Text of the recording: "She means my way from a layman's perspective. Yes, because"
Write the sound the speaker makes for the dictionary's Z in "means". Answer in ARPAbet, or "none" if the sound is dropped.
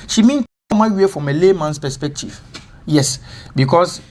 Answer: none